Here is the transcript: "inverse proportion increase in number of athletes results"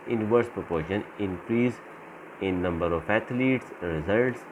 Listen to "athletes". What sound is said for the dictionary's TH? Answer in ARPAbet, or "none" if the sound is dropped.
T